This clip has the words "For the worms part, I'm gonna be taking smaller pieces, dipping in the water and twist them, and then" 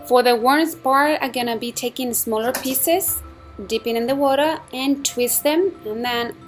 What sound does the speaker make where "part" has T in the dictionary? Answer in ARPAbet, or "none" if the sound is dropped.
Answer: none